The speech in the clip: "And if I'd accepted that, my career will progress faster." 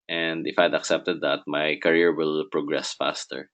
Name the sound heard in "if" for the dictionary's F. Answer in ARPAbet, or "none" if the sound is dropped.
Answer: F